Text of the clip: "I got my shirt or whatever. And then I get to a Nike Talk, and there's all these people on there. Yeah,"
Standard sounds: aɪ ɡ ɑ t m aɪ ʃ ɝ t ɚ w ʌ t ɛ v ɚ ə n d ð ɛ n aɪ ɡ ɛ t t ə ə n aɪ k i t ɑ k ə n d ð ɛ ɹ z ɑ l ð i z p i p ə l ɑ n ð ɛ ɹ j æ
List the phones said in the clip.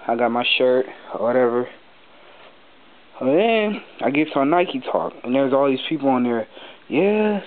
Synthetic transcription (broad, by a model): aɪ ɡ ɑ t m aɪ ʃ ɝ t w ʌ t ɛ v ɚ ə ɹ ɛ aɪ ɡ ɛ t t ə ə n aɪ k i t ɑ k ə n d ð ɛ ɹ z ɑ l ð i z p i p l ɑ n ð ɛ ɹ j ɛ